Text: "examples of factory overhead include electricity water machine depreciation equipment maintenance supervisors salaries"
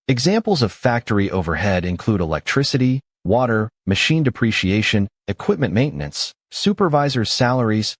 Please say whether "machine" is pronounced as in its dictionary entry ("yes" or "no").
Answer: yes